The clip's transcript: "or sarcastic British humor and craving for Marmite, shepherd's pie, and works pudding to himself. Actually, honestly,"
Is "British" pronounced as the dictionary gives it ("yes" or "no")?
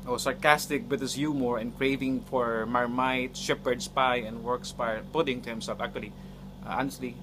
no